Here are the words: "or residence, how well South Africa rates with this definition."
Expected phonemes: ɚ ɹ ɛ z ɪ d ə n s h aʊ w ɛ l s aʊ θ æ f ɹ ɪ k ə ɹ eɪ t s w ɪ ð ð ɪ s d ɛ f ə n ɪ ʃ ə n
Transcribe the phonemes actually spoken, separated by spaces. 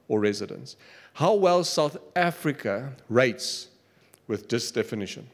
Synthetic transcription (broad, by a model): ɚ ɹ ɛ z ɪ d ə n s h aʊ w ɛ l s aʊ θ æ f ɹ ɪ k ə ɹ eɪ t s w ɪ ð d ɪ s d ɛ f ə n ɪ ʃ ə n